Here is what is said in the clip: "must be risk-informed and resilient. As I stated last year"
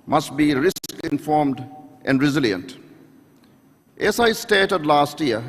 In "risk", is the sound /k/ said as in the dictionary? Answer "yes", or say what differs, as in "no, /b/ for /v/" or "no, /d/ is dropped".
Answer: yes